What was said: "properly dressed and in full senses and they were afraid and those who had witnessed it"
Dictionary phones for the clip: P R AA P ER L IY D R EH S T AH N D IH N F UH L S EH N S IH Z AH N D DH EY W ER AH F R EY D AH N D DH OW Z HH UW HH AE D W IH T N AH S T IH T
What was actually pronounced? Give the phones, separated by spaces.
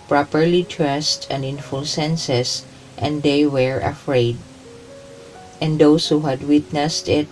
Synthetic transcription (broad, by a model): P R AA P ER L IY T R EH S T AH N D IH N F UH L S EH N S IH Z AH N D EY W ER AH F R EY D AH N D OW S HH UW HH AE D W IH T N AH S T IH T